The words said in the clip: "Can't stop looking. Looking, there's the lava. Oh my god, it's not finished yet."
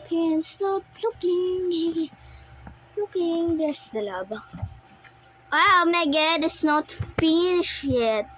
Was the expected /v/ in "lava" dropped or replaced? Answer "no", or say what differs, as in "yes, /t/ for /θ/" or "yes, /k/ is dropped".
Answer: yes, /b/ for /v/